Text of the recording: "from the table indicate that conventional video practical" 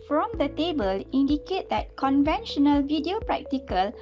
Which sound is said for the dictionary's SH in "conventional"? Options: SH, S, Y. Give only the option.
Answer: SH